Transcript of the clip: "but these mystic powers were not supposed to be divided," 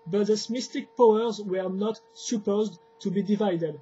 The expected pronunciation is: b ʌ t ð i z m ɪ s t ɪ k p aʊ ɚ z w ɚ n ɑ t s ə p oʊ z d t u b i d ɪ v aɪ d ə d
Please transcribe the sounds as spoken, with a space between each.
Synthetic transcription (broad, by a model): b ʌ t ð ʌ s m ɪ s t ɪ k p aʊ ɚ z w ɚ n ɑ t s ə p oʊ z d t u b i d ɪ v aɪ d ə d